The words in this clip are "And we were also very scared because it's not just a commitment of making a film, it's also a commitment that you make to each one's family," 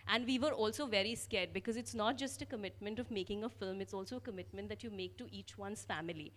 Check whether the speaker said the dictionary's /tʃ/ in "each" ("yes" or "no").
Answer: yes